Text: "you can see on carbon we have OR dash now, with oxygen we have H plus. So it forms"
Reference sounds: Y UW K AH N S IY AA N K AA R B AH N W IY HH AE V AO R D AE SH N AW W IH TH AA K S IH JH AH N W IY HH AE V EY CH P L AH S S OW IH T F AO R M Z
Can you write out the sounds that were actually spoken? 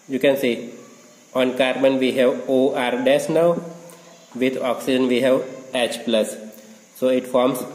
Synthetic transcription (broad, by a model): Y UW K AH N S IY AA N K AA R B AH N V IY HH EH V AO R D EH S N AW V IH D AA K S IH JH AH N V IY HH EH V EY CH P L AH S S OW IH T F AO R M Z